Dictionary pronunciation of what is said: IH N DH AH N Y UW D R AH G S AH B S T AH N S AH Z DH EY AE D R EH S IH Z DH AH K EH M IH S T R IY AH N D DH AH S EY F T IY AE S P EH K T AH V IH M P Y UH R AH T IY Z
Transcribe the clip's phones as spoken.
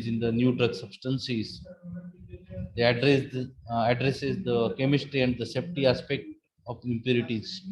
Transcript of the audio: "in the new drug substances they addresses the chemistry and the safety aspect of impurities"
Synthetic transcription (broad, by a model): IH N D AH N Y UW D R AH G S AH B S T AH N S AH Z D EY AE D R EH S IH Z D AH K EH M IH S T R IY AH N D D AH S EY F T IY AE S P EH K T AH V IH M P Y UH R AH T IY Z